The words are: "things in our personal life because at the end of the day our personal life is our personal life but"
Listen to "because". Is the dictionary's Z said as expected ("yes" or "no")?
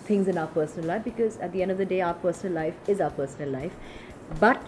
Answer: yes